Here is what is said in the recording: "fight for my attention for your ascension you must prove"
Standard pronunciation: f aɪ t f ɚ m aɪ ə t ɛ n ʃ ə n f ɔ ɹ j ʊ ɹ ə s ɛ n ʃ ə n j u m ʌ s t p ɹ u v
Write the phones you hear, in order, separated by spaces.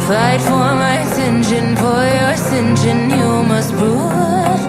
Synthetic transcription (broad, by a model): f aɪ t f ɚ m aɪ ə s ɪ n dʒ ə n f ɔ ɹ j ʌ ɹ s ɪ n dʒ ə n j u m ʌ s t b ɹ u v